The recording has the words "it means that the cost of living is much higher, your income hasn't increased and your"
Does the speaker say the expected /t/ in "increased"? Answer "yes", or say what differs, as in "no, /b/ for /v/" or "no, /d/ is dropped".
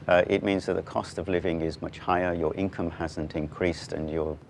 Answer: yes